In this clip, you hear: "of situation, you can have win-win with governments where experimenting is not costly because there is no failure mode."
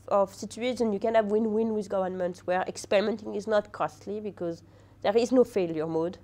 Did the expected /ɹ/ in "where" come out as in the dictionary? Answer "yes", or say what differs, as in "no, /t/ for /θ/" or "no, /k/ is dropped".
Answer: yes